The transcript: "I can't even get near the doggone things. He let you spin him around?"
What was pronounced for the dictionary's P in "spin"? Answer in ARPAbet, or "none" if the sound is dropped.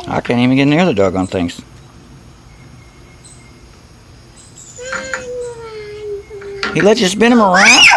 B